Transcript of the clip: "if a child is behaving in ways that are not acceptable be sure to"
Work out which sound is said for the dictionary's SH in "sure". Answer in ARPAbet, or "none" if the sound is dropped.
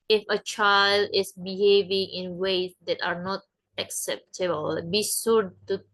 S